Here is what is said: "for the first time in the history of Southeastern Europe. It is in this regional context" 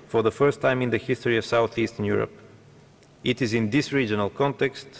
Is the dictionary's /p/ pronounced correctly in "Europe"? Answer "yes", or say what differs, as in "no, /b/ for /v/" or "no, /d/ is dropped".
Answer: yes